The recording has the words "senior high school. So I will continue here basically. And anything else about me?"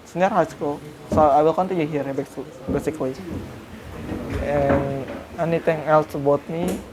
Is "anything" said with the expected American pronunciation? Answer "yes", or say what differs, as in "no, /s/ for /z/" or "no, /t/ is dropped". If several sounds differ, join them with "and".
no, /t/ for /θ/